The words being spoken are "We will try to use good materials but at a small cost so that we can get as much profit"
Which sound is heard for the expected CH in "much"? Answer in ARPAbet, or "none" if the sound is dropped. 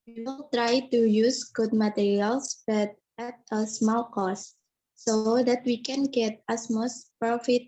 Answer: S